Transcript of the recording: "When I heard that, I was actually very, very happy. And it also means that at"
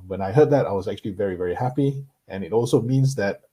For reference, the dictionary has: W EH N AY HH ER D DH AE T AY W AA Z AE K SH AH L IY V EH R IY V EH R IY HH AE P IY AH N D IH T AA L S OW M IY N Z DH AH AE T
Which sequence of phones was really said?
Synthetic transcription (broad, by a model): W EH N AY HH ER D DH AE T AY W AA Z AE K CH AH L IY V EH R IY V EH R IY HH AE P IY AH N IH T AA L S OW M IY N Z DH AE T